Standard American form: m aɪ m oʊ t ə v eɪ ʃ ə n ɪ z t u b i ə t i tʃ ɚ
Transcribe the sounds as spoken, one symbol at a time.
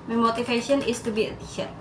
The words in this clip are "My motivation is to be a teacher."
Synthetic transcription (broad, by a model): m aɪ m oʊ t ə f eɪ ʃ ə n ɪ s t u b i ə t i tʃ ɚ